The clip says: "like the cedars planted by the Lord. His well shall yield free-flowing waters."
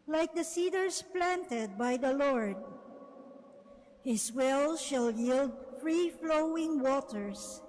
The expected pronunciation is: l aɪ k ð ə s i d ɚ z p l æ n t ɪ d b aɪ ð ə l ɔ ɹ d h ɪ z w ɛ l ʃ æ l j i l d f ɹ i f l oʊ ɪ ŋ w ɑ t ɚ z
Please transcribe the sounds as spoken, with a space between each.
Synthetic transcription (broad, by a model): l aɪ k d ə s i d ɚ s p l æ n t ɪ d b aɪ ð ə l ɔ ɹ d h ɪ s w ɛ l ʃ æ l j i l d f ɹ i f l oʊ ɪ ŋ w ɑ t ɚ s